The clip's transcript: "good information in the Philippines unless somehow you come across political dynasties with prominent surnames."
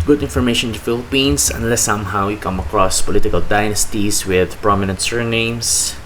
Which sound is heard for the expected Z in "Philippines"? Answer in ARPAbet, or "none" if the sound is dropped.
S